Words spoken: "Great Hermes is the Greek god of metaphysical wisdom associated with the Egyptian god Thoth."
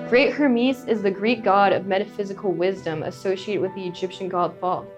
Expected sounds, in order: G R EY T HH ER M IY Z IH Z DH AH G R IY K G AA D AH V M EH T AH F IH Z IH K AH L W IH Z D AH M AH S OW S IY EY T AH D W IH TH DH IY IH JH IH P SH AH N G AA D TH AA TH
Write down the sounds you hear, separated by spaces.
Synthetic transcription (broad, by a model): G R EY T HH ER M IY S IH Z DH AH G R IY K G AA D AH V M EH T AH F IH Z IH K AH L W IH Z D AH M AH S OW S IY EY T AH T W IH DH IY IH JH IH P SH AH N G AA D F AA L